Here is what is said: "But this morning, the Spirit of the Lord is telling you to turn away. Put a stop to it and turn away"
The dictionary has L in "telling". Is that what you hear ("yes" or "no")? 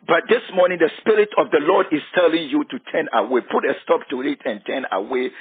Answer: yes